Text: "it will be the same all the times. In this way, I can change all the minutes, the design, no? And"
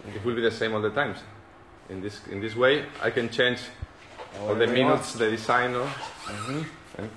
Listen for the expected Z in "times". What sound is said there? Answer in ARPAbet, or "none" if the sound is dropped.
S